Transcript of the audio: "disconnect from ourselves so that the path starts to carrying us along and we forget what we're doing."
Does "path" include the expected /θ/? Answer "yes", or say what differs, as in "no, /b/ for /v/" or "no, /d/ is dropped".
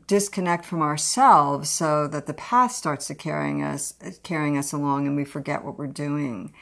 yes